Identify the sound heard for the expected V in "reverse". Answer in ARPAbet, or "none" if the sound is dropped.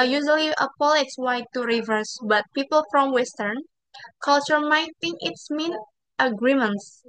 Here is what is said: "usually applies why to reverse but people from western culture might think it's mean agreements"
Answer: V